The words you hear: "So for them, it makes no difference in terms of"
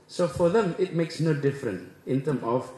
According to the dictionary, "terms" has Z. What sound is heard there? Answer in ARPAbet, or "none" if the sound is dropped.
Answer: none